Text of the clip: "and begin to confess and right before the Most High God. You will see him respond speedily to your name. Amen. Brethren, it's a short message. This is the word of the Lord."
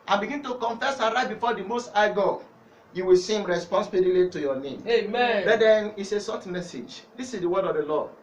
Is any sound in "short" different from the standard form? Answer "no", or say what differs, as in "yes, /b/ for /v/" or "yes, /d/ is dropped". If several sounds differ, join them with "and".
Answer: yes, /s/ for /ʃ/